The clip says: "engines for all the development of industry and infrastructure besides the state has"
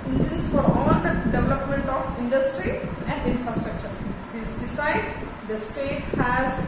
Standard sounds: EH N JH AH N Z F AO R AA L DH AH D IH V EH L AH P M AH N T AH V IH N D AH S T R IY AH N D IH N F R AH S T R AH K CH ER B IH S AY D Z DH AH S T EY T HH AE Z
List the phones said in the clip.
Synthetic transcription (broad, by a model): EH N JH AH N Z F AO R AA L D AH D IH V EH L AH P M AH N T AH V IH N D AH S T R IY AH N D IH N F R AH S T R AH K CH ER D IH S AY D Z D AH S T EY T HH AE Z